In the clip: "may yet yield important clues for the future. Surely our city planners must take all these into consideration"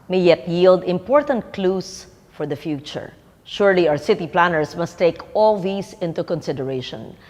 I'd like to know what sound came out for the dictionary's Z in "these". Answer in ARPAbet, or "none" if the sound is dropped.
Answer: S